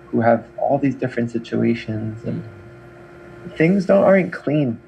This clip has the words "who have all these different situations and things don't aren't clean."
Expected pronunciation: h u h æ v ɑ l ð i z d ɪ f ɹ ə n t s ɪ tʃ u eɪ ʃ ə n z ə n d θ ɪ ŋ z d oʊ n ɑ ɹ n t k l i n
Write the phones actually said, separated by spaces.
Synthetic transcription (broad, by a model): h u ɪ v ɑ l ð i z d ɪ f ɹ ə n t s ɪ tʃ u eɪ ʃ ə n z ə n θ ɪ ŋ z d oʊ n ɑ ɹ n k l i n